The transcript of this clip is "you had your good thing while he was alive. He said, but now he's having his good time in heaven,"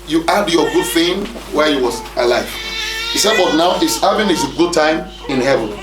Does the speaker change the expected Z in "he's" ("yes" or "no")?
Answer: yes